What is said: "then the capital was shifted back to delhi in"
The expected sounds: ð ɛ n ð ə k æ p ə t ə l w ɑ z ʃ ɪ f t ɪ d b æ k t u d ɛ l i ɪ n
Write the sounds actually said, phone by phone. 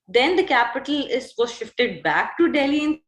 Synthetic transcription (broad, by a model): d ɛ n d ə k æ p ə t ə l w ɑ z ʃ ɪ f t ɪ d b æ k t u d ɛ l i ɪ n